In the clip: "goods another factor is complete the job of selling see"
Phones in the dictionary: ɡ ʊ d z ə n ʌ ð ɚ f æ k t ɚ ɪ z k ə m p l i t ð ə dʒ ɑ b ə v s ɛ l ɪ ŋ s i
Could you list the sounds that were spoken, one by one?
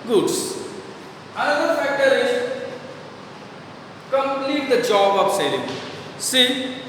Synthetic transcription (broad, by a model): ɡ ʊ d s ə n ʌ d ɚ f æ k t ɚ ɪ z k ə m p l i t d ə dʒ ɑ b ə p s ɛ l ɪ ŋ s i